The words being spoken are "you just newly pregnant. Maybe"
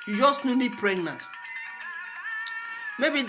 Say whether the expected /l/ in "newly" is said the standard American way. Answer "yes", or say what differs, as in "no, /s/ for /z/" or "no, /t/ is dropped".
no, /n/ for /l/